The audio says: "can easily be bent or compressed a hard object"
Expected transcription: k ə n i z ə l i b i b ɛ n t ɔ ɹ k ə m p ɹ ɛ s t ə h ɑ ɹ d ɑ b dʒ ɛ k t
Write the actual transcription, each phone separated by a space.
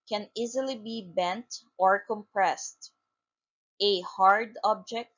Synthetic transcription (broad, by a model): k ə n i z ə l i b i b ɛ n t ɔ ɹ k ə m p ɹ ɛ s t ə h ɑ ɹ d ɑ b dʒ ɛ k t